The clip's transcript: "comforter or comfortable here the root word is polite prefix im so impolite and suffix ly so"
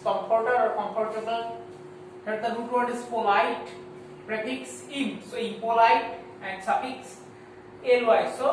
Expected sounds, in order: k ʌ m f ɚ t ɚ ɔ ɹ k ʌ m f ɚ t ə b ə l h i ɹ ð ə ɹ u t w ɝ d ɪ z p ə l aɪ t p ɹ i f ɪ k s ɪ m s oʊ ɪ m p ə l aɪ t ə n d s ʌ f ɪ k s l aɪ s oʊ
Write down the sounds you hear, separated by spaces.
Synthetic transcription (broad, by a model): k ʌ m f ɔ t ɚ ɔ ɹ k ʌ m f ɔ t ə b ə l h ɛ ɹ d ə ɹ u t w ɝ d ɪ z p ə l aɪ t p ɹ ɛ p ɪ k s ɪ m s oʊ ɪ m p ə l aɪ t ə n d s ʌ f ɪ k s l aɪ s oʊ